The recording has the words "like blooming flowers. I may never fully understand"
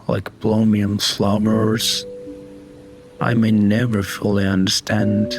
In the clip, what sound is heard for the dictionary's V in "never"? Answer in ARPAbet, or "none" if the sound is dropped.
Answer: V